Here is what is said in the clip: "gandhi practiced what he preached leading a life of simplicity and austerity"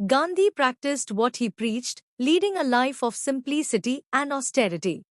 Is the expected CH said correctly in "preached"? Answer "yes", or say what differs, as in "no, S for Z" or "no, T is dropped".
yes